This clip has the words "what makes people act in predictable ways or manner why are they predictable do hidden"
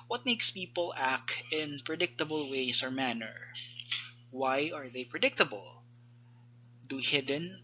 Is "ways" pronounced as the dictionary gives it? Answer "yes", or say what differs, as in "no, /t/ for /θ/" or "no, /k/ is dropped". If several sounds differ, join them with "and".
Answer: no, /s/ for /z/